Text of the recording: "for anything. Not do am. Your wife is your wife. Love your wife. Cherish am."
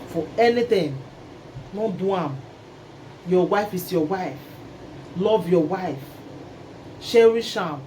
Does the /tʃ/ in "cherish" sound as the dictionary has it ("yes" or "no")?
no